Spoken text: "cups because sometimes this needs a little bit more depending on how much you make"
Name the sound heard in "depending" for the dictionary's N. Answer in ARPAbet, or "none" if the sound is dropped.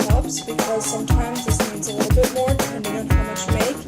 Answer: none